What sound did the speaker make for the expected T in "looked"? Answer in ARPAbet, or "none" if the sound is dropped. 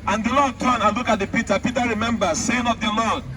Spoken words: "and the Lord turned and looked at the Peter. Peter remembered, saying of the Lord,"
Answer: none